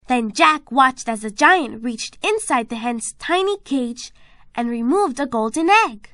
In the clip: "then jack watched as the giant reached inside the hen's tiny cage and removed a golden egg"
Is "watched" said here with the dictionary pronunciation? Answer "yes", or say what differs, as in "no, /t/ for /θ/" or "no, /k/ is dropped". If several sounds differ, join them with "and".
yes